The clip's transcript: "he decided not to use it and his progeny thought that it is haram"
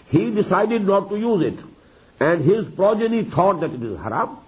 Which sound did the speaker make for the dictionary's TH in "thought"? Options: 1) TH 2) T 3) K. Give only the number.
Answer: 2